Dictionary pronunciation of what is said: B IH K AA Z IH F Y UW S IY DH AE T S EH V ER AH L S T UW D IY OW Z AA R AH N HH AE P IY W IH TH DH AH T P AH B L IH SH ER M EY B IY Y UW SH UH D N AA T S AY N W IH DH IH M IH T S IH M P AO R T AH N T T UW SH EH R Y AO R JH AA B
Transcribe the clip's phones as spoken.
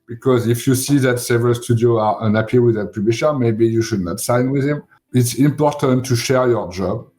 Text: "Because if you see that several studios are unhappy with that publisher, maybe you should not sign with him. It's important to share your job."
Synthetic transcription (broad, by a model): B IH K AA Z IH F Y UW S IY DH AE T S EH V ER AH L S T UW D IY OW AA R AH N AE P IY W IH DH AH T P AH B L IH SH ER M EY B IY Y UW SH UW D N AA T S AY N W IH DH IH M IH T S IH M P AO R T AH N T T UW SH EH R Y AO R JH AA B